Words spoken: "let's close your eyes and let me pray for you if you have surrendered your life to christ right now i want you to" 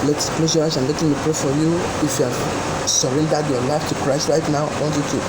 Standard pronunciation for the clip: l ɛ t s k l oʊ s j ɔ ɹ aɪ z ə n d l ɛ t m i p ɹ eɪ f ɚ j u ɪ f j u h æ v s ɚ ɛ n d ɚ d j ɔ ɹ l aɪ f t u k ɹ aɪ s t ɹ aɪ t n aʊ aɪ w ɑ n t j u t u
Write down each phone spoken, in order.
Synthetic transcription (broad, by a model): l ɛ t s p l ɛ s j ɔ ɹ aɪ s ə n l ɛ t m i p ɹ eɪ f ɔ j u ɪ f j u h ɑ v s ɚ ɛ n d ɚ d j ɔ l aɪ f t u k ɹ aɪ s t ɹ aɪ t n aʊ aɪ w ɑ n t j u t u